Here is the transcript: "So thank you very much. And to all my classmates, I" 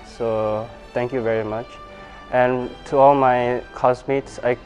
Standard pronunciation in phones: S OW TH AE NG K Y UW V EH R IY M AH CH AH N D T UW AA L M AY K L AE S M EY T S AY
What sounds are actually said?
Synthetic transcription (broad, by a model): S OW T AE NG K Y UW V EH R IY M AH CH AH N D T UW AA L M AY K AO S M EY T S AY